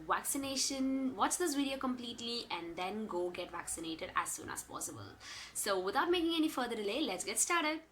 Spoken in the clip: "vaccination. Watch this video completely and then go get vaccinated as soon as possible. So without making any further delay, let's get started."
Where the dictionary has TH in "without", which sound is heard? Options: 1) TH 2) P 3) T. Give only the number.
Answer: 3